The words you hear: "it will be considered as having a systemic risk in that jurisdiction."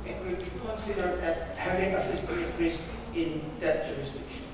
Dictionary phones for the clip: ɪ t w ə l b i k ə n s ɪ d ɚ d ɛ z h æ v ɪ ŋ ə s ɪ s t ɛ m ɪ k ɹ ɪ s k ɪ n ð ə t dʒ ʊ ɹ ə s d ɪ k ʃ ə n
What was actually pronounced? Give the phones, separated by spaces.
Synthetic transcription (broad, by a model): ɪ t w ə l b i k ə n s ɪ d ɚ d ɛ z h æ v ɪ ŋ ə s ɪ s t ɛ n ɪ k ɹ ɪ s ɪ n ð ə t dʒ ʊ ɹ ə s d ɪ k ʃ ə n